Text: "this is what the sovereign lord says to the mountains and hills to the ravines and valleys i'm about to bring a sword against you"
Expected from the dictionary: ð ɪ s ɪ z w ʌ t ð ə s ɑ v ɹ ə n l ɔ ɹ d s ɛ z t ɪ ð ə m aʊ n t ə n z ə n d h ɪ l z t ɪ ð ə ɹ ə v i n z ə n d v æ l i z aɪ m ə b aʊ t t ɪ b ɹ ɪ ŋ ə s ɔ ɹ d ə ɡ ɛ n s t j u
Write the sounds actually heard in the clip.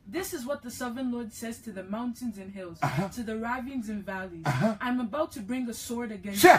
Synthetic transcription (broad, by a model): ð ɪ s ɪ z w ʌ t ð ə s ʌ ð ɹ n l ɔ ɹ d s ɛ z t ɪ ð ə m aʊ n t ə n z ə n h ɪ l z t ɪ ð ə ɹ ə v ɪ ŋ z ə n v æ l i z aɪ m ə b aʊ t t ɪ b ɹ ɪ ŋ ə s ɔ ɹ d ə ɡ ɛ n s